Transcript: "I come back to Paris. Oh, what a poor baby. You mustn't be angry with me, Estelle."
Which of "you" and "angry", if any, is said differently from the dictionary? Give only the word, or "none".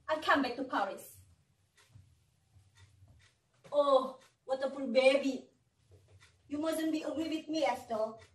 angry